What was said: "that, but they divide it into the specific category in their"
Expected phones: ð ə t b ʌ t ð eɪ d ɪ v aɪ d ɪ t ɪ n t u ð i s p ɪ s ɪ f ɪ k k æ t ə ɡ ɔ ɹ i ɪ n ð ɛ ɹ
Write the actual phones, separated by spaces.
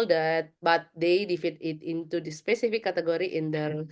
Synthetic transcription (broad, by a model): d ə t b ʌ t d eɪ d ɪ f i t ɪ t ɪ n t u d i s p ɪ s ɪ f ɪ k k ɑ t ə ɡ ɔ ɹ i ɪ n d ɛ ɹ